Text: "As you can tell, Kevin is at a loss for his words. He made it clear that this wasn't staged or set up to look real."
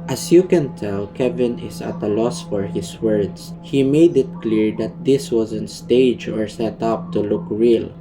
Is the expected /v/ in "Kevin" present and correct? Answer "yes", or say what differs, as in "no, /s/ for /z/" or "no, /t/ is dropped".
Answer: yes